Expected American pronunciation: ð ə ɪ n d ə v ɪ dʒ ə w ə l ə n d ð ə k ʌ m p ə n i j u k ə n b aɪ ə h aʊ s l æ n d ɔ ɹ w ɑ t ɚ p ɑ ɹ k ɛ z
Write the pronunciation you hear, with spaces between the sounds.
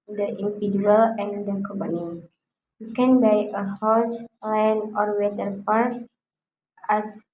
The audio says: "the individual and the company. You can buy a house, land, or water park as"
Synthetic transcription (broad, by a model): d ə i n d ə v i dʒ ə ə l ə n d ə k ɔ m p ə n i j u k ə n b aɪ ə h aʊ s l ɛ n ɔ ɹ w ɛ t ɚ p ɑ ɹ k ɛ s